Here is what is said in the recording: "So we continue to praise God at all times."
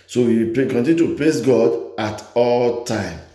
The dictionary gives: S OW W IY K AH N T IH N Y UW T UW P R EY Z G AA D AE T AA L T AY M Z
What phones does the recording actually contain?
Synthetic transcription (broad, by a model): S OW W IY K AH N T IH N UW T UW P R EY S G AA D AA T AA L T AY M